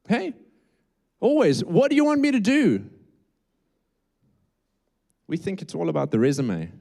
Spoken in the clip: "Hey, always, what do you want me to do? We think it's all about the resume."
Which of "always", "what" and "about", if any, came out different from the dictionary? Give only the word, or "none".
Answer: none